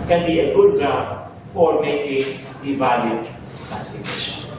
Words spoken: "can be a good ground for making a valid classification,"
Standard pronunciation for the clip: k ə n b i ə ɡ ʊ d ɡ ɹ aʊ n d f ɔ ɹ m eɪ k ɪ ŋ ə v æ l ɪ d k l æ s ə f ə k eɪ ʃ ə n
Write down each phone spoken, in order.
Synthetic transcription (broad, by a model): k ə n b i ə ɡ ʊ d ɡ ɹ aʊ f f ɔ ɹ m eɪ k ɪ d ə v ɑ ɪ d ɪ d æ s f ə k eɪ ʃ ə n